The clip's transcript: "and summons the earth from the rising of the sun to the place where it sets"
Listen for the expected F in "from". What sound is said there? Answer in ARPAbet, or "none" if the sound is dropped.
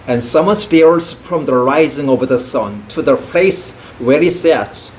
F